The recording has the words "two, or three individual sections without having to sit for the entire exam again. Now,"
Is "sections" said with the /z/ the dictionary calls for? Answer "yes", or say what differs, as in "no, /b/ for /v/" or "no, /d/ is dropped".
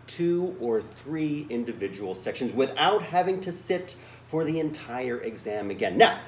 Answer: yes